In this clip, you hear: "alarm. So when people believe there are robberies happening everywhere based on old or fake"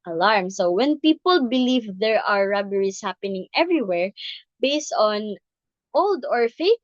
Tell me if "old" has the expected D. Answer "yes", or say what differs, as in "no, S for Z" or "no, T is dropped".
yes